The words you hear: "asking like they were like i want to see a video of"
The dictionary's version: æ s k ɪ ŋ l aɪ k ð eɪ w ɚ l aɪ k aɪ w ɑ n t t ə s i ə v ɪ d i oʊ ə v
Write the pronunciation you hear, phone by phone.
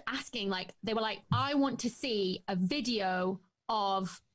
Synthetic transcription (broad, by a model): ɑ s k ɪ ŋ l aɪ k ð eɪ w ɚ l aɪ k aɪ w ɑ n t t ə s i ə v ɪ d i oʊ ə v